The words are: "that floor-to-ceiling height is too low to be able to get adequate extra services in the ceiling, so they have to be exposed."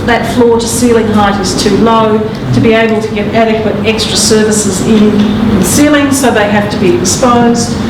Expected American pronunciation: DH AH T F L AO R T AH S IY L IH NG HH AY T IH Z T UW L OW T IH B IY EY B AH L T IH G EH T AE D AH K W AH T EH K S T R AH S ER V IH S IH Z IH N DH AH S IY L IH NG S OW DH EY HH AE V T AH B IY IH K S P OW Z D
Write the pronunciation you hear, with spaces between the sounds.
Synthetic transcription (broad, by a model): DH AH T F L AO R T AH S IY L IH NG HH AY T IH Z T UW L OW T IH B IY EY B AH L T IH G EH T AE D AH K W AH T EH K S T R AH S ER V IH S IH Z IH N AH S IY L IH NG S OW DH EY HH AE F T AH B IY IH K S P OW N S